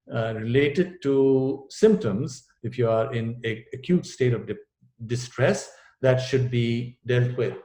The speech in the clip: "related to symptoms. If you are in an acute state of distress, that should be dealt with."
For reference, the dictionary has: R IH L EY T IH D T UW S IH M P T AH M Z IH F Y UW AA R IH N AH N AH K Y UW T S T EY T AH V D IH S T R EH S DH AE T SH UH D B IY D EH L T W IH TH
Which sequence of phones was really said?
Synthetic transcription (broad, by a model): R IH L EY T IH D T UW S IH M P T AH M Z IH F Y UW AA R IH N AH AH K Y UW T S T EY T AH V D IH S T R EH S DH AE T SH UH D B IY D EH L T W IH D